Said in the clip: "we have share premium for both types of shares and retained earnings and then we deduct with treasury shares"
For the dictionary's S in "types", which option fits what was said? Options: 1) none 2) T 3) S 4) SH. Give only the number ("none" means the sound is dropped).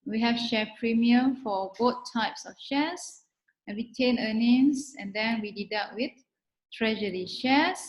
3